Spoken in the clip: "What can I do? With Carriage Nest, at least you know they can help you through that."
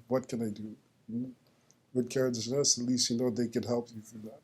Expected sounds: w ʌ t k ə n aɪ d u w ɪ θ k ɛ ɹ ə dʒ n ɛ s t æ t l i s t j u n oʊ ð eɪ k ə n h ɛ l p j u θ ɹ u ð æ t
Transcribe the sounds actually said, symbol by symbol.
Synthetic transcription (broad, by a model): w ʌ t k ə n aɪ d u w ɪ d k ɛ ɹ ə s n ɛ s ʌ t l i s t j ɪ n oʊ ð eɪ k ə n h ɛ l p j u f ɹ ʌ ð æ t